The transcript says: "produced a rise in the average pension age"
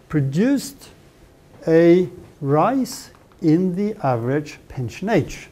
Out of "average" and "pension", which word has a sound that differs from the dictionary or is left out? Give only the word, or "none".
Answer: none